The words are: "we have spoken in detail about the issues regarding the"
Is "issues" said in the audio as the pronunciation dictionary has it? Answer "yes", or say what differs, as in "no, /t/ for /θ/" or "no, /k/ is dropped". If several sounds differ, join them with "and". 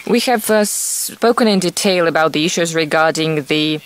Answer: yes